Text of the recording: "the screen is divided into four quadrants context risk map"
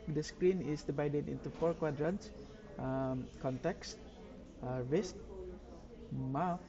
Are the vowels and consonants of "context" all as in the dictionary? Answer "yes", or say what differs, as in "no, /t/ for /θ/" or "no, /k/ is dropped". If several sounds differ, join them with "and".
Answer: yes